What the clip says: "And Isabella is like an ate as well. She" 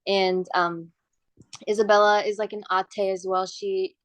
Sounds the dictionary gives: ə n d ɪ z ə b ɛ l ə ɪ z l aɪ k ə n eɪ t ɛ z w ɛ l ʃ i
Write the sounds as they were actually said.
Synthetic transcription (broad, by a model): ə n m ɪ z ə b ɛ l ə ɪ z l aɪ k ə n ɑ t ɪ z w ɛ l ʃ i